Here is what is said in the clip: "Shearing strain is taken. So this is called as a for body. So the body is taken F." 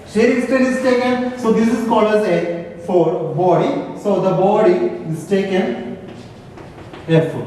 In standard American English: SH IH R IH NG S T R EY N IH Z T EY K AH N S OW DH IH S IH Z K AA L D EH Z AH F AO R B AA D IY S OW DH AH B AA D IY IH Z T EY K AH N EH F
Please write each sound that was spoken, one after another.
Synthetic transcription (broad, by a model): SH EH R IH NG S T EY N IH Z T EY K AH N S OW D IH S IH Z K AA L AH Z AH F AO R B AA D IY S OW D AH B AA D IY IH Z T EY K AH N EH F